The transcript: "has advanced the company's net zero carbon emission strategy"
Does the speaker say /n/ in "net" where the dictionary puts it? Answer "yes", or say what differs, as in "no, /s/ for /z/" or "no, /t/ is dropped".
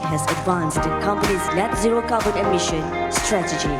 no, /l/ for /n/